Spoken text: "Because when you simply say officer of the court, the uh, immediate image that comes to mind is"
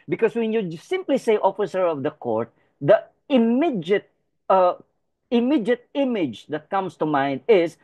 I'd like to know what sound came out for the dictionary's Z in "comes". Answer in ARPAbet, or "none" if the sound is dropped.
S